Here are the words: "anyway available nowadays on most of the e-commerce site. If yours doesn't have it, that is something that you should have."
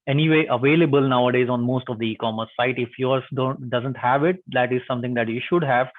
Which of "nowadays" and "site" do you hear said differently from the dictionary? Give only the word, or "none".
none